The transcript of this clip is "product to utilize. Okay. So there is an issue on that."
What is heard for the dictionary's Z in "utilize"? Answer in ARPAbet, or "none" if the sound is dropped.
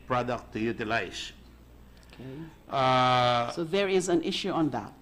S